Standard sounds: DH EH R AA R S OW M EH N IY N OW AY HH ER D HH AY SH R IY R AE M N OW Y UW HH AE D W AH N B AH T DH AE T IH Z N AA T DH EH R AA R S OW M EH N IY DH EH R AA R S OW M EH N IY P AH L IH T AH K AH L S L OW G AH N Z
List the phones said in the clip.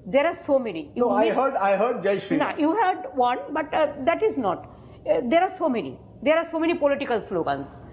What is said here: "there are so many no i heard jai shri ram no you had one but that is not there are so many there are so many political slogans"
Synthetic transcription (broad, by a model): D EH R AA R S OW M EH N IY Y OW AY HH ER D HH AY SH IY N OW Y UW HH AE D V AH N B AH T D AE T IH Z N AA T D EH R AA R S OW M EH N IY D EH R AA R S OW M EH N IY P AH L IH T AH K AH L S L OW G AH N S